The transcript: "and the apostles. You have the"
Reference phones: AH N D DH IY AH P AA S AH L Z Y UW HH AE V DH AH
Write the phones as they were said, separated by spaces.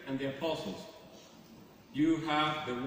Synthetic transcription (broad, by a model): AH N DH IY AH P AA S AH L Z Y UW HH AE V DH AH